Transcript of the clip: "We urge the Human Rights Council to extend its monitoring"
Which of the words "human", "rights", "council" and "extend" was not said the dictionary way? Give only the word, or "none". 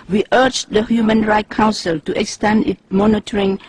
rights